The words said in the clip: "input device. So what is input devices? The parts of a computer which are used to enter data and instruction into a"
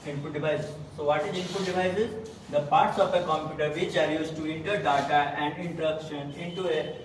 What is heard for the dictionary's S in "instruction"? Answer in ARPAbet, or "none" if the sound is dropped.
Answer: none